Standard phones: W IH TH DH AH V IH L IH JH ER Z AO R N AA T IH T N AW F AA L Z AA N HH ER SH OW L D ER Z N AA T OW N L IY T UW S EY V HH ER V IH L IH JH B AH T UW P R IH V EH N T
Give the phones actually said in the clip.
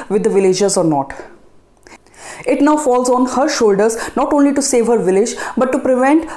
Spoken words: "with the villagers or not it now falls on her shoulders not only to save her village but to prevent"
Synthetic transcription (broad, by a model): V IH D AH V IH L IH JH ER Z AO R N AA T IH T N AW F AA L Z AA N HH ER SH OW L D ER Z N AA T OW N L IY T UW S EY V HH ER V IH L IH JH B AH T UW P R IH V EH N T